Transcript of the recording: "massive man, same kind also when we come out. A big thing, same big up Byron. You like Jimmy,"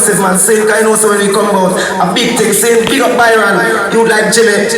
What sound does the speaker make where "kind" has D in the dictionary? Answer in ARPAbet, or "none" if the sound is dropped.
none